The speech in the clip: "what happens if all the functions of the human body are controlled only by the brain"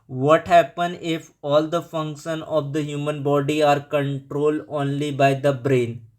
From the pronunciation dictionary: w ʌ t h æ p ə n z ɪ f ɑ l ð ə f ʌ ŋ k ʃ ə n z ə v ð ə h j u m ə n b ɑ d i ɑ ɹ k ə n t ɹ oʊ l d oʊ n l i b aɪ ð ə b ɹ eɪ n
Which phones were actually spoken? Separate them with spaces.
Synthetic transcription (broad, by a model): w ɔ t h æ p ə n ɪ f ɑ l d ə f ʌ ŋ k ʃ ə n ə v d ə h j u m ə n b ɑ d i ɑ ɹ k ə n t ɹ oʊ l d oʊ n l i b aɪ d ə b ɹ eɪ n